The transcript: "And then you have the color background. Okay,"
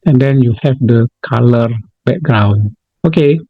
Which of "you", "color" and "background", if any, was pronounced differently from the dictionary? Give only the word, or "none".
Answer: background